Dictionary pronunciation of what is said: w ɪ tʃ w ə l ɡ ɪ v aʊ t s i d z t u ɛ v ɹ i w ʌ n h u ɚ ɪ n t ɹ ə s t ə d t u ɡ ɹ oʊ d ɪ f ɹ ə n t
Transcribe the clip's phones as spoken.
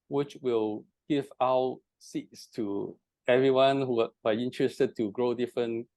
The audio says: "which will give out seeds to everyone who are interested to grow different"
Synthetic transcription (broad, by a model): w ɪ tʃ w ə l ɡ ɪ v aʊ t s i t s t u ɛ v ɹ i w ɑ n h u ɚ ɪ n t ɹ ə s t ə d t u ɡ ɹ oʊ d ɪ f ɹ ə n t